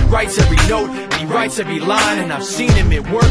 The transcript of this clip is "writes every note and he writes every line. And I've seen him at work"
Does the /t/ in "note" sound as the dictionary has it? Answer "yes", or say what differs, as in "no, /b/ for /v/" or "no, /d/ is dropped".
no, /t/ is dropped